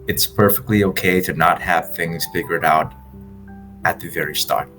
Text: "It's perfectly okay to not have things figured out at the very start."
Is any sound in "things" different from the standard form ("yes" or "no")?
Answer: no